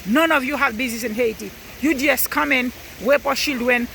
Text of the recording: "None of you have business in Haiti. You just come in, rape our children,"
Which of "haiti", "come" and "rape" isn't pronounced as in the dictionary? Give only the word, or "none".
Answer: rape